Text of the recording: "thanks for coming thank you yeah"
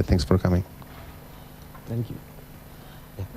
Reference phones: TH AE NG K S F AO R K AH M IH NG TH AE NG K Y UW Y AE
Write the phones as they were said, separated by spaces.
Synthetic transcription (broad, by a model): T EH NG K S F AO R K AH M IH NG T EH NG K Y UW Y